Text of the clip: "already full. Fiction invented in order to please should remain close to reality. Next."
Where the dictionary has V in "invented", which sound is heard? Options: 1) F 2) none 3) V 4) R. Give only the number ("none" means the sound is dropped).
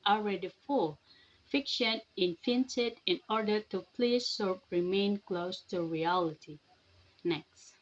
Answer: 1